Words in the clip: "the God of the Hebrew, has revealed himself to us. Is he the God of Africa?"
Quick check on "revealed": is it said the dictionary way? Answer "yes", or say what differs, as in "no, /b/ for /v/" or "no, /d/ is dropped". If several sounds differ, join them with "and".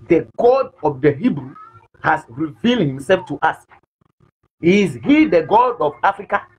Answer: yes